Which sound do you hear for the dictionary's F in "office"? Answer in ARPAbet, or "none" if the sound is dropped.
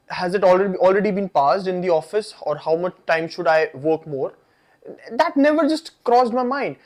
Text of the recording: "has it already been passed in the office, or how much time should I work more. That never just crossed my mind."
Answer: F